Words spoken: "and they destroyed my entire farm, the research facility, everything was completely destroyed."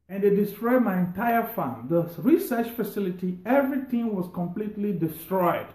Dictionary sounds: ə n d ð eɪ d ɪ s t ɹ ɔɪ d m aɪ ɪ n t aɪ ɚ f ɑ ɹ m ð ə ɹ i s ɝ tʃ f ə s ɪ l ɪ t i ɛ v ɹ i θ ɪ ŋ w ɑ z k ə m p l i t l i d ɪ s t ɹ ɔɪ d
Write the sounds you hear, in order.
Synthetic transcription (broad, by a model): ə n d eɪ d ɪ s t ɹ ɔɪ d m aɪ ɪ n t aɪ ɚ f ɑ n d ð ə ɹ i s ɝ tʃ f ə s ɪ l ɪ t i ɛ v ɹ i t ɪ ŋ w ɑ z k ə m p l i t l i d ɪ s t ɹ ɔɪ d